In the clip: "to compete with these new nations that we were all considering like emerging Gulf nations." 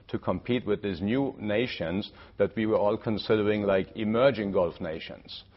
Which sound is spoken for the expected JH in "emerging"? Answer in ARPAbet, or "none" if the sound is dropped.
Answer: JH